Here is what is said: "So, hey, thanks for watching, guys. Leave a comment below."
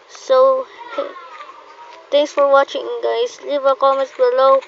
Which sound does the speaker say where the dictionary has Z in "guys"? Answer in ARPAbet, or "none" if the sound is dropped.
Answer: S